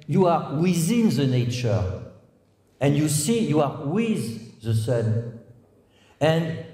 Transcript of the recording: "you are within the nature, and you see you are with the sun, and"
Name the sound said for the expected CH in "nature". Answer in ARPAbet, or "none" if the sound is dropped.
CH